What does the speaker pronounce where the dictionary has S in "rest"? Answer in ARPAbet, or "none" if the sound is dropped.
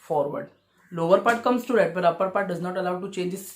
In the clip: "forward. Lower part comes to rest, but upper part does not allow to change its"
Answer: none